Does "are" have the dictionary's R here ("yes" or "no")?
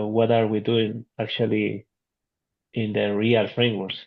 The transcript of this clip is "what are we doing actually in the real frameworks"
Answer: yes